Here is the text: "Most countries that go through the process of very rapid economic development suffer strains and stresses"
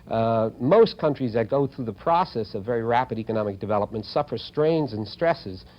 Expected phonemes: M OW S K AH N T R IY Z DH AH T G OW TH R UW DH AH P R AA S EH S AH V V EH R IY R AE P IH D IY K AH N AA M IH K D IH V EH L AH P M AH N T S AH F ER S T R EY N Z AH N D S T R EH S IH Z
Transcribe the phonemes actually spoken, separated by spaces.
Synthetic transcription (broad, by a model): M OW S K AH N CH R IY Z DH AH T G OW TH R UW DH AH P R AA S EH S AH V V EH R IY R AE P IH D IY K AH N AA M IH K D IH V EH L AH P M AH N T S AH F ER S T R EY N Z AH N S T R EH S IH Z